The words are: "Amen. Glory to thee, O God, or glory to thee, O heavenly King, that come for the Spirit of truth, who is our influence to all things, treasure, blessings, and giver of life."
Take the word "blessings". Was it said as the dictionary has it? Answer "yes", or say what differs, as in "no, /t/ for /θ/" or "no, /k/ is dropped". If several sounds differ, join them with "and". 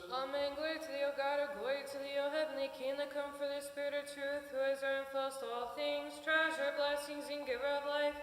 yes